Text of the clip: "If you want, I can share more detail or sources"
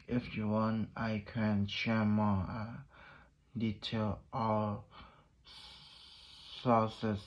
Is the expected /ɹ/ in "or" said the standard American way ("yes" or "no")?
no